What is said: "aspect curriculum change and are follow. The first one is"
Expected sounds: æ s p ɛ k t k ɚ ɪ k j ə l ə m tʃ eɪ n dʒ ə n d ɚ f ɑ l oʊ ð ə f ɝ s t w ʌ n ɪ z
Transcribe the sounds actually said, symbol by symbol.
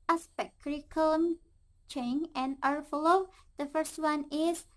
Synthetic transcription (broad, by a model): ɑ s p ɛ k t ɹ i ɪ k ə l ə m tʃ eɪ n ə n ɚ f ɑ l oʊ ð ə f ɝ s t w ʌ n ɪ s